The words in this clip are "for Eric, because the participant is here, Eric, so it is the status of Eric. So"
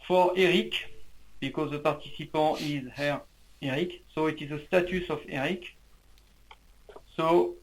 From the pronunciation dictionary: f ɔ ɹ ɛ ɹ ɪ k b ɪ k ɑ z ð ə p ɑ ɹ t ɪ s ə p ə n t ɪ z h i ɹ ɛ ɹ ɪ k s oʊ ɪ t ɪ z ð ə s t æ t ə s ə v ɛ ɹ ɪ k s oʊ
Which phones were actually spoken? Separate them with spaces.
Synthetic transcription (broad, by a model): f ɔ ɹ ɛ ɹ ɪ k b ɪ k ɑ z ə p ɑ ɹ t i s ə p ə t ɪ z h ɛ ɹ ɛ ɹ ɪ k s oʊ ɪ t ɪ z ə s t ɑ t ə s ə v ɛ ɹ ɪ k s oʊ